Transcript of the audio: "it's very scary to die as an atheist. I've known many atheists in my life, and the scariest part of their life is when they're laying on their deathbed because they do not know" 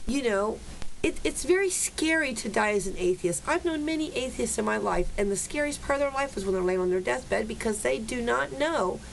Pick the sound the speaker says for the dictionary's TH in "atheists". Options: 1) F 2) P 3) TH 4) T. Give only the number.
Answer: 3